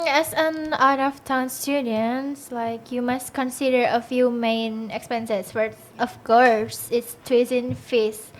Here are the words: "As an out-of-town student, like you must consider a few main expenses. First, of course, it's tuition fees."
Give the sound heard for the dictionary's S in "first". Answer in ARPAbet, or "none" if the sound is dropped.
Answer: none